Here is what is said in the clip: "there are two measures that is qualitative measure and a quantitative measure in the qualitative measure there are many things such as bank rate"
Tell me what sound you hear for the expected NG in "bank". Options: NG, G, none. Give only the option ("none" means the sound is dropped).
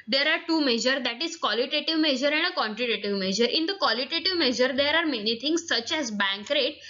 NG